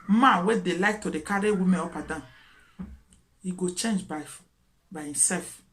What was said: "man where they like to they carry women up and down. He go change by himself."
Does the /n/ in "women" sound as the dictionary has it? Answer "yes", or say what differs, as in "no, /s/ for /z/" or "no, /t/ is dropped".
no, /n/ is dropped